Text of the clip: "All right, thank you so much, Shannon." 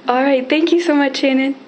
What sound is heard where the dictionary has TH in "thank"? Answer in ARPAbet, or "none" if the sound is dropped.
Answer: T